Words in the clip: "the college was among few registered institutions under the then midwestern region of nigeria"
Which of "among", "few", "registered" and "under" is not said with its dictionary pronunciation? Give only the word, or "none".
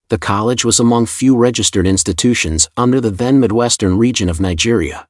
none